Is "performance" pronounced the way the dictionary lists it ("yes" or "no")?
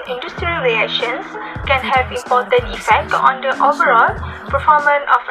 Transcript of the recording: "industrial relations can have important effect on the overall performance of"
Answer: no